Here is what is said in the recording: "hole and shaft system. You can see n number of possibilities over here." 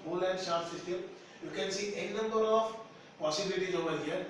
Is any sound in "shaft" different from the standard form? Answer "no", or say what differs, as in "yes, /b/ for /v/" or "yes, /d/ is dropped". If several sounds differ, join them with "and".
yes, /f/ is dropped